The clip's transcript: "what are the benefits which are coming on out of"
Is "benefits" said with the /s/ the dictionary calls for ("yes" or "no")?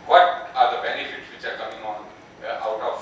yes